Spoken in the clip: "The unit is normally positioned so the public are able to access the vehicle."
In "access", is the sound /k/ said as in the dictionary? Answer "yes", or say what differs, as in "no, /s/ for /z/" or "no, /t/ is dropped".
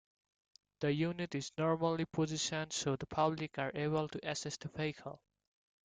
no, /k/ is dropped